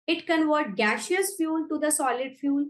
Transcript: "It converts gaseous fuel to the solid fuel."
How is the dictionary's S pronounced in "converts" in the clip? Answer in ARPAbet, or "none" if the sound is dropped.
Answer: none